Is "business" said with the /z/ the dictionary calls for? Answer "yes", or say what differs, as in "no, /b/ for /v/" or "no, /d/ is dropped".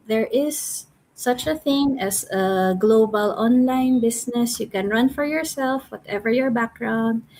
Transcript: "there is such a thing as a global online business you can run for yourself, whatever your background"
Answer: no, /s/ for /z/